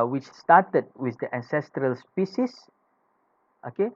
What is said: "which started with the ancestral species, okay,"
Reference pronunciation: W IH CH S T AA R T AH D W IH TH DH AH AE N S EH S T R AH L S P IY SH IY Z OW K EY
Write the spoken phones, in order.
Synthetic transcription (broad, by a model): W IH CH S T AA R T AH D W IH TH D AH AE N S EH S T R AH L S P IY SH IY S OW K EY